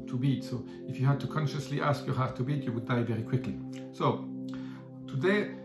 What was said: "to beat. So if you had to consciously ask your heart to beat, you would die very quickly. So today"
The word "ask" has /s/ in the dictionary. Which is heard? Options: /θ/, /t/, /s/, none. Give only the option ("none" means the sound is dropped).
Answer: /s/